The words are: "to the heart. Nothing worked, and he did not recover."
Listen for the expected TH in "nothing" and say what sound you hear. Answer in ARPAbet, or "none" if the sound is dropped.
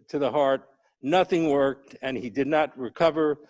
TH